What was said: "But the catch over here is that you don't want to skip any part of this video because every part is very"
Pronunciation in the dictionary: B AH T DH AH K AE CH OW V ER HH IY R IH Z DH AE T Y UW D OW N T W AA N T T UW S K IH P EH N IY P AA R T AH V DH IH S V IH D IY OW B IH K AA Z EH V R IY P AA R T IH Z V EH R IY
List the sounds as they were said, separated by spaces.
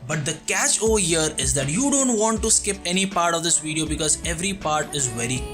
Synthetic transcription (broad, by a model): B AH T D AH K AE CH OW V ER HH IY R IH Z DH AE T Y UW D OW N T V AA N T T UW S K IH P EH N IY P AA R T AH V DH IH S V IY D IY OW B IH K AA Z EH V R IY P AA R T IH Z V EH R IY